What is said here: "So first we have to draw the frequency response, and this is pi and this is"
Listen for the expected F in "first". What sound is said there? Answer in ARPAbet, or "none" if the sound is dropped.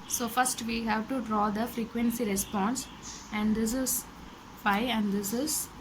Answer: F